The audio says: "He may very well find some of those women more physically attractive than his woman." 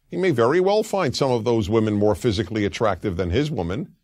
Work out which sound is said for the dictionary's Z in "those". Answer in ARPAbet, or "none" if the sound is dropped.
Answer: Z